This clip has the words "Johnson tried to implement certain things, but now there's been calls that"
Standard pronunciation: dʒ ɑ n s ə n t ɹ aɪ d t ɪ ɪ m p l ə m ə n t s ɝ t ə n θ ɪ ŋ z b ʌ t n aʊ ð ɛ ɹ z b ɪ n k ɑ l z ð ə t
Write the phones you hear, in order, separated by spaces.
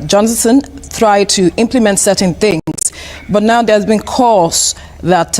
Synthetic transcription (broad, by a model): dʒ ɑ n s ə n t ɹ aɪ d t ɪ ɪ m p l ə m ə n t s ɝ t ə n θ ɪ ŋ z b ʌ t n aʊ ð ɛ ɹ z b ɪ n k ɑ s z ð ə t